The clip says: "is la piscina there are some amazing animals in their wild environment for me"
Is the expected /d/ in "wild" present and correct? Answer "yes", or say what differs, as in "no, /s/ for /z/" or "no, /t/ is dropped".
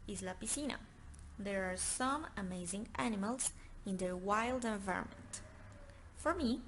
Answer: yes